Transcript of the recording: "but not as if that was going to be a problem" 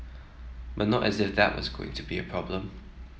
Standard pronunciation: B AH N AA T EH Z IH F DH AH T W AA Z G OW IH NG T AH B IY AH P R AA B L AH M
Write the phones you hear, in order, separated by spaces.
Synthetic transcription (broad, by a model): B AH N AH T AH Z IH F DH AH T W AA Z G OW IH NG T AH B IY AH P R AA B L AH M